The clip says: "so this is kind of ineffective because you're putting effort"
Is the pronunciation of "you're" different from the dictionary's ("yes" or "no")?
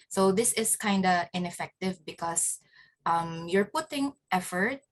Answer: no